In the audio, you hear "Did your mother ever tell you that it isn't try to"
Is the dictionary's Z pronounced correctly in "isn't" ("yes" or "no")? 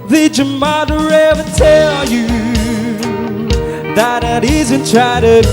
yes